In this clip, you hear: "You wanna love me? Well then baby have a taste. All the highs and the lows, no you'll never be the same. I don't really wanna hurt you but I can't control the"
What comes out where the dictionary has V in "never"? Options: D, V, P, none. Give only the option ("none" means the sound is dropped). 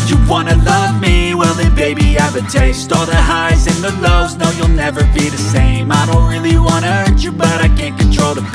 V